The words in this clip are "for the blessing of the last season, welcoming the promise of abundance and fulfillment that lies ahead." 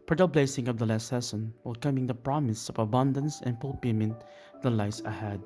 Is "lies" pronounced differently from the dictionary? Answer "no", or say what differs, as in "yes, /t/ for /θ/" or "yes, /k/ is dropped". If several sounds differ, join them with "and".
yes, /s/ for /z/